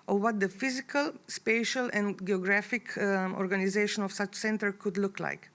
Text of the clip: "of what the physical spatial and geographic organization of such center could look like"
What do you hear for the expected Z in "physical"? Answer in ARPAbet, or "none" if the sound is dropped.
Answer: Z